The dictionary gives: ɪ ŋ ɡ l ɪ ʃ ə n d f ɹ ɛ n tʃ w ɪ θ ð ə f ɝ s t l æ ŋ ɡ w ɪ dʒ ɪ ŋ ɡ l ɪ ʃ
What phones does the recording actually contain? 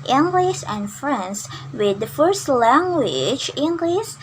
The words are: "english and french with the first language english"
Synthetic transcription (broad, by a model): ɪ ŋ ɡ l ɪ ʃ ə n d f ɹ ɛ n s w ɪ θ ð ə f ɝ s t l æ ŋ ɡ w ɪ dʒ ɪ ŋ ɡ l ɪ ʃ